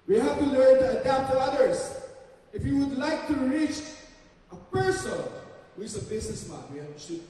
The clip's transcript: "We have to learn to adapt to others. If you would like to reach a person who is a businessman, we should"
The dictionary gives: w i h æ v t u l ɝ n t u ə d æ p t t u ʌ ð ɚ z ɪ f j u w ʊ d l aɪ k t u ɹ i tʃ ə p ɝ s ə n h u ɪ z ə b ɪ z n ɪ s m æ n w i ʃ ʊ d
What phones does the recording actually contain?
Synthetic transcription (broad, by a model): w i h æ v t u l ɝ n t u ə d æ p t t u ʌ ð ɚ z ɪ f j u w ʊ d l aɪ k t u ɹ i tʃ ə p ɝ s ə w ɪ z ə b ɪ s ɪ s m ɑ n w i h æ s